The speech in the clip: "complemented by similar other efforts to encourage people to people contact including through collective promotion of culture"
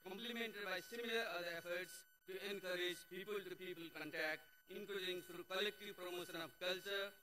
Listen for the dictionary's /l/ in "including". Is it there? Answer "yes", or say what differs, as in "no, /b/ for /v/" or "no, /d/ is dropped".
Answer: no, /l/ is dropped